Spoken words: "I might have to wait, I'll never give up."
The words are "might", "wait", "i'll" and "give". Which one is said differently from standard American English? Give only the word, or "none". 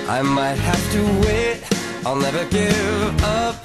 none